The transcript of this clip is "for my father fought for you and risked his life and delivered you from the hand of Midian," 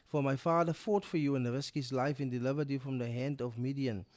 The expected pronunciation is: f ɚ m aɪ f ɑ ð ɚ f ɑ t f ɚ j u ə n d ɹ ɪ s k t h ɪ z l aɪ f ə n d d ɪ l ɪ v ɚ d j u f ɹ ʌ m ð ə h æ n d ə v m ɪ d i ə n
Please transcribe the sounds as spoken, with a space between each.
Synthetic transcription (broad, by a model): f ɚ m aɪ f ɑ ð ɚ f ɑ t f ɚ j u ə n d ɹ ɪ s k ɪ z l aɪ f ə n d d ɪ l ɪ v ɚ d j u f ɹ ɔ m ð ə h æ n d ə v m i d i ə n